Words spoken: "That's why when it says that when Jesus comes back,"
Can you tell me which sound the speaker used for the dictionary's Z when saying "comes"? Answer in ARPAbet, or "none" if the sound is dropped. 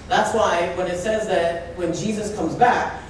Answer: Z